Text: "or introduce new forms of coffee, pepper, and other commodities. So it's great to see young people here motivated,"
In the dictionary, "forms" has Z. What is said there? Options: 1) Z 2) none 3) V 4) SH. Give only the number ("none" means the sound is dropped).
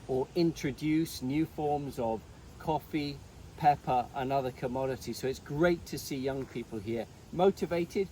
1